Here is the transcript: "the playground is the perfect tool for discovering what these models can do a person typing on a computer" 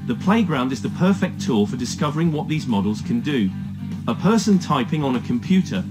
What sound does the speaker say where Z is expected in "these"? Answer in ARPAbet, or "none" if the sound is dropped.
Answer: Z